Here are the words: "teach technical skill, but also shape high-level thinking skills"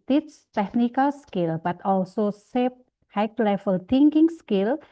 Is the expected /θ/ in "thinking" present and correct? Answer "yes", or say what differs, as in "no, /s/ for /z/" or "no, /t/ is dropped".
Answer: no, /t/ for /θ/